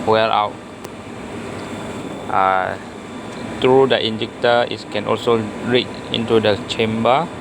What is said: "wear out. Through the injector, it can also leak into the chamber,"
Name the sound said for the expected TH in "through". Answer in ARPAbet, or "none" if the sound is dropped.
T